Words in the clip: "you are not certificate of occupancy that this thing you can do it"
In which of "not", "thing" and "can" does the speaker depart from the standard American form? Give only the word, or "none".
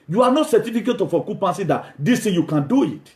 thing